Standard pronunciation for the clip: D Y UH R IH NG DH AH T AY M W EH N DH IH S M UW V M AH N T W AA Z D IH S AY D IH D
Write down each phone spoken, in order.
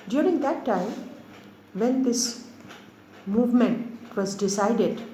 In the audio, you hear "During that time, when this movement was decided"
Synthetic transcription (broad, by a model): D Y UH R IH NG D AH T AY M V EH N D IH S M UW V M AH N T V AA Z D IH S AY D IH D